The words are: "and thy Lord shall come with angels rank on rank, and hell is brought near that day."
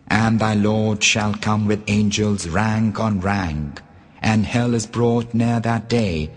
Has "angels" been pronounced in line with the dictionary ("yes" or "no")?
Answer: yes